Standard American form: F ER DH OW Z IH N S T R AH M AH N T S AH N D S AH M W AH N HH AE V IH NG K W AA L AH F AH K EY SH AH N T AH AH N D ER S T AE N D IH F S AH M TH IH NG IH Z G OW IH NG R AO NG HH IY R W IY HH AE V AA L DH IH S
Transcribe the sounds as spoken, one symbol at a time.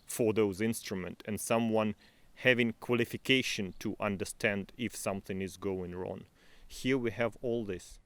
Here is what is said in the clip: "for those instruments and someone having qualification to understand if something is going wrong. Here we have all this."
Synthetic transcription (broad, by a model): F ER DH OW Z IH N S T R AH M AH N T AH N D S AH M W AH N HH AE V IH NG K W AA L AH F AH K EY SH AH N T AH AH N D ER S T AE N D IH F S AH M TH IH NG IH Z G OW IH NG R AO NG HH IY R W IY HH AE V AA L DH IH S